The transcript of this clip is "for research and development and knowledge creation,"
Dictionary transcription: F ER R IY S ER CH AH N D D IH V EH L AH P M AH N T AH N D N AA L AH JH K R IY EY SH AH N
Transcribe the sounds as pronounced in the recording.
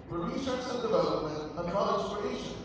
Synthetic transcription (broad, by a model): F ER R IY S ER S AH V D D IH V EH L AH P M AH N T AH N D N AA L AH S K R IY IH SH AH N